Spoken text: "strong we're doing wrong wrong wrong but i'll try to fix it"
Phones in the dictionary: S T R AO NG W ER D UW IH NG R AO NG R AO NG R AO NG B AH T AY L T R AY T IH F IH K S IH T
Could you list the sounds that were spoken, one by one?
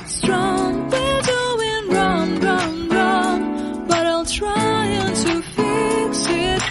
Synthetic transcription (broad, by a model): S T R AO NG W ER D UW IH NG R AO NG R AO NG R AO NG B AH T AY L T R AY T IH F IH S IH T